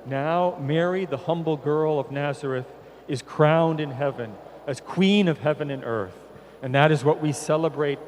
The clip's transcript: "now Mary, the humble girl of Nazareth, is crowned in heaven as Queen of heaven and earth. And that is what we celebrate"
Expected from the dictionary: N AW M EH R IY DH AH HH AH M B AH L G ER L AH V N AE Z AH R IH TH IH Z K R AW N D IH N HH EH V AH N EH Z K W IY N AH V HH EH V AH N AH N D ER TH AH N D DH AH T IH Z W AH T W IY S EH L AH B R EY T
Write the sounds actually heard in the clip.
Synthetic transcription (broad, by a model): N AW M EH R IY DH AH HH AH M B L G ER L AH V N AE Z AH R IH TH IH Z K R AW N D IH N HH EH V AH N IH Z K W IY N AH V HH EH V AH N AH N ER TH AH N DH AH T IH Z W AH T W IY S EH L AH B R EY T